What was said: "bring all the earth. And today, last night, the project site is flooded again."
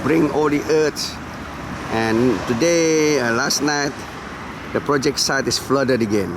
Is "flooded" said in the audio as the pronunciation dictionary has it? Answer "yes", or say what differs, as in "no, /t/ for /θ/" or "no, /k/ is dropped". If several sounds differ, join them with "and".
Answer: yes